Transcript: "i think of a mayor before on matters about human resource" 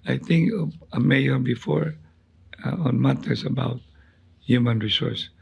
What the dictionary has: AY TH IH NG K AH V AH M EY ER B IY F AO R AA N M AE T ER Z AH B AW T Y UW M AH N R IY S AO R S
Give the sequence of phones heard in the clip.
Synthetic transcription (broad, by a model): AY T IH NG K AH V AH M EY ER B IY F AO R AA N M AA T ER S AH B AW T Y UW M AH N R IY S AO R S